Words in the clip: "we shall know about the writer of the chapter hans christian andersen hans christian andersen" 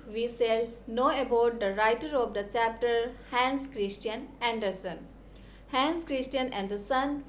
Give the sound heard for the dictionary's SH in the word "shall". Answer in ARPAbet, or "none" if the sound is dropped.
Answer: S